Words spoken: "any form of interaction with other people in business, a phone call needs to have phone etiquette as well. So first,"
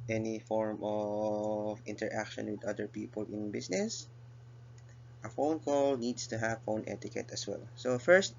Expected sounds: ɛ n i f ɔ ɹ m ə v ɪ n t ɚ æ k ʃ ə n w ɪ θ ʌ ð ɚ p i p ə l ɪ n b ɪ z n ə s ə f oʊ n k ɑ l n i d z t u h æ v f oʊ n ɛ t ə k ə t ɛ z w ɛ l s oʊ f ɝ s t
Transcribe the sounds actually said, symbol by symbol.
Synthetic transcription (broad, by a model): ɛ n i f ɔ ɹ m ə v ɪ n t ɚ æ k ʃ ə n w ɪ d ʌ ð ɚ p i p ə l ɪ n b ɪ s n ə s ə f oʊ n k ɑ l n i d s t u h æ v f oʊ n ɛ t ə k ə t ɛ s w ɛ l s oʊ f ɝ s t